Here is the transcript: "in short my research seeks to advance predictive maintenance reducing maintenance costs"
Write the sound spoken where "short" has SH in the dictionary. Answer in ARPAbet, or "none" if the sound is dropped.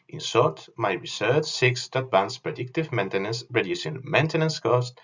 S